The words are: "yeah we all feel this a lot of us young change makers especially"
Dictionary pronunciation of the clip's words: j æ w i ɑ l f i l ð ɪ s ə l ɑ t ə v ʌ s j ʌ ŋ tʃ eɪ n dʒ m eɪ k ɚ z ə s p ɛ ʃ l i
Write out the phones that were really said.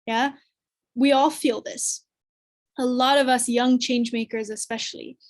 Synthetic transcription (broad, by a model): j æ w i ɑ l f i l ð ɪ s ə l ɑ t ə v ʌ s j ʌ ŋ tʃ eɪ n dʒ m eɪ k ɚ z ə s p ɛ ʃ l i